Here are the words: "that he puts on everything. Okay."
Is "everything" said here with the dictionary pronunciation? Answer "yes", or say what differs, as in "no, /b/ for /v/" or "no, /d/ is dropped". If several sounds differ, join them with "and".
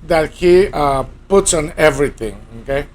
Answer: no, /t/ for /θ/